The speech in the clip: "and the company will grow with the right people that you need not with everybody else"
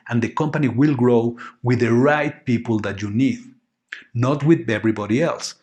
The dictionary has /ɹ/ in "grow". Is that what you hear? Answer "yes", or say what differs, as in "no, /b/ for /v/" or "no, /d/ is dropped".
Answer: yes